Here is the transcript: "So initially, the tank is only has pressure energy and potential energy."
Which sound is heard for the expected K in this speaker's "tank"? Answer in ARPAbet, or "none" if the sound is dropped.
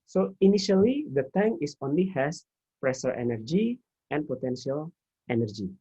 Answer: none